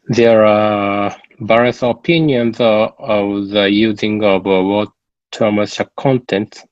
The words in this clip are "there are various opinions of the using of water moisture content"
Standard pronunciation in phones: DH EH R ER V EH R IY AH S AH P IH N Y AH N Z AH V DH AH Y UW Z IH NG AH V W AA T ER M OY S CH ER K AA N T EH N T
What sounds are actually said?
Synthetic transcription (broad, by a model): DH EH R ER B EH R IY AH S AH P IH N Y AH N Z AH V DH AH Y UW Z IH NG AH V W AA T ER M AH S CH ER K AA N T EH N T